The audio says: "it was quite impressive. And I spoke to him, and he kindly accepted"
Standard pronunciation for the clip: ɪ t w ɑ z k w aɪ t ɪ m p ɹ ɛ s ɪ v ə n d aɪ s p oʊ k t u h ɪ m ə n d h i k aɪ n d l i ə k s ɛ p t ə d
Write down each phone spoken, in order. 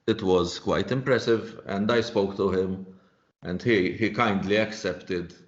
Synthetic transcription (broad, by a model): ɪ t w ɑ z k w aɪ t ɪ m p ɹ ɛ s ɪ v ə n d aɪ s p oʊ k t u h ɪ m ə n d h i k aɪ n d l i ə k s ɛ p t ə d